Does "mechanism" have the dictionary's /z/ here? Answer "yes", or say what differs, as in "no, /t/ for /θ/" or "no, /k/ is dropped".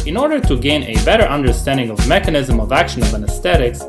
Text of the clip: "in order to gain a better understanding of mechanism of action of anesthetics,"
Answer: yes